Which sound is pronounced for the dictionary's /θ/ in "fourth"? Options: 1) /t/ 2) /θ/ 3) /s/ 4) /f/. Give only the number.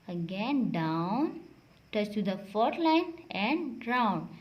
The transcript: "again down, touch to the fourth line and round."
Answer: 1